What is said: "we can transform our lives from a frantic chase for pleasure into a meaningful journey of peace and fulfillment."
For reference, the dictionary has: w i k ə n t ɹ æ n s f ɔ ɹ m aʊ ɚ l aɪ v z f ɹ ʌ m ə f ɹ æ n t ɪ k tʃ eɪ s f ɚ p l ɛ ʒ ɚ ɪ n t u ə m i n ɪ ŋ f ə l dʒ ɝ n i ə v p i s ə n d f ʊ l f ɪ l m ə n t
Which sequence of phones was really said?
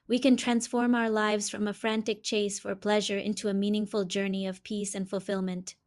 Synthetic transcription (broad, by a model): w i k ə n t ɹ æ n s f ɔ ɹ m aʊ ɚ l aɪ v z f ɹ ʌ m ə f ɹ æ n t ɪ k tʃ eɪ s f ɚ p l ɛ ʒ ɚ ɪ n t u ə m i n ɪ ŋ f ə l dʒ ɝ n i ə v p i s ə n d f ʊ l f ɪ l m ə n t